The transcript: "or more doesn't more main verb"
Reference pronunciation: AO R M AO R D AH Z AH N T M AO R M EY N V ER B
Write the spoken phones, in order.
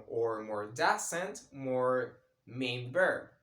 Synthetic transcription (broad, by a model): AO R M AO R D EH S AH N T M AO R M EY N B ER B